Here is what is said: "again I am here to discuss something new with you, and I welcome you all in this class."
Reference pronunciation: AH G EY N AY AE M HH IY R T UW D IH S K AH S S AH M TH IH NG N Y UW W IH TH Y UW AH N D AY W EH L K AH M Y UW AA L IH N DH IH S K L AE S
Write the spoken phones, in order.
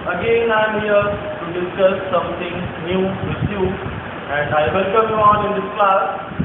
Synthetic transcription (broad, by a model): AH G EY N AY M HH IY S T UW D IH S K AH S S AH M T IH NG N Y UW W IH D Y UW AH N D AY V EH L K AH M Y UW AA N IH N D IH S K L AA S